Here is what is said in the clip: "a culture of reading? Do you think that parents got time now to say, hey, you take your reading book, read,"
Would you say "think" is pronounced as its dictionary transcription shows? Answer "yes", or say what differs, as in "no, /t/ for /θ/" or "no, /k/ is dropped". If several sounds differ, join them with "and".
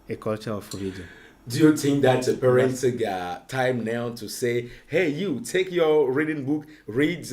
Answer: no, /t/ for /θ/